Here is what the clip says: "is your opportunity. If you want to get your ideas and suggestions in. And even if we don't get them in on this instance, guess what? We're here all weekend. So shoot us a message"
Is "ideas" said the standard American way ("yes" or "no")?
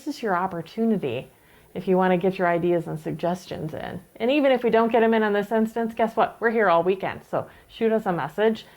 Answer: yes